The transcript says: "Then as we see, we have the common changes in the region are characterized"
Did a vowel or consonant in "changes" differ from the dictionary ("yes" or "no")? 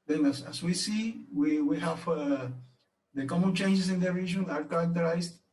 yes